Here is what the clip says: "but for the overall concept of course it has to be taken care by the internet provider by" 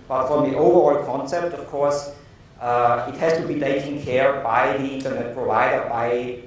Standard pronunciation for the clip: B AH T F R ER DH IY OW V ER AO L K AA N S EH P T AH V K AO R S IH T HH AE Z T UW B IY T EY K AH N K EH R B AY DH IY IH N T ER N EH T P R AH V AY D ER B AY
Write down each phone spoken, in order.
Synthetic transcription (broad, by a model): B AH T F R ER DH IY OW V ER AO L K AA N S EH P T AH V K AO R S IH T HH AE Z T UW B IY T EY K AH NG K EH R B AY DH IY IH N T ER N EH T P R AH V AY D ER B AY